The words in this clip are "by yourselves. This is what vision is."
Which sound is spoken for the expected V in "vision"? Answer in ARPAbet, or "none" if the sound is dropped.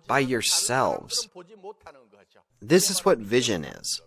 V